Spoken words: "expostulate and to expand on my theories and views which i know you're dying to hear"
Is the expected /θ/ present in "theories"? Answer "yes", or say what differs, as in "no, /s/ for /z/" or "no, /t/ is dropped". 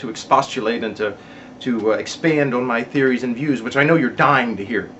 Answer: yes